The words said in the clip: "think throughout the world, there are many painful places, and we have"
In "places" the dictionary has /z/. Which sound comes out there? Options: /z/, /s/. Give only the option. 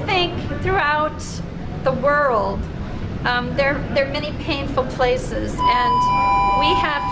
/z/